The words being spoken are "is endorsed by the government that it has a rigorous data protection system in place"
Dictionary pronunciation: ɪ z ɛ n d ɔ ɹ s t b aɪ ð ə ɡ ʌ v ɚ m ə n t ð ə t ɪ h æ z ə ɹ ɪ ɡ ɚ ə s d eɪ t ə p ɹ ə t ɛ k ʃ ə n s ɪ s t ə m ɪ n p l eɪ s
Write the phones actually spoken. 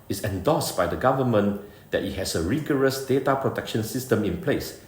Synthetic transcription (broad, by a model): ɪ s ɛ n d ɔ s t b aɪ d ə ɡ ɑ v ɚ m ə n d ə t ɪ h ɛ s ə ɹ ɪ ɡ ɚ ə s d eɪ t ə p ɹ ə t ɛ k ʃ ə n s ɪ s t ə m ɪ n p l eɪ s